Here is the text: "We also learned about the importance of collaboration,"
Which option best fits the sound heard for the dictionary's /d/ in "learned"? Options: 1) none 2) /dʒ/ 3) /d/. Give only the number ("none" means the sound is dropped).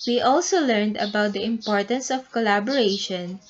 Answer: 3